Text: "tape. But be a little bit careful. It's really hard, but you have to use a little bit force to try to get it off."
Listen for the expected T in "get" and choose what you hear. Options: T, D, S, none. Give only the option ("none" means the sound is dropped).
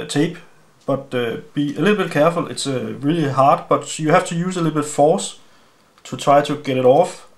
T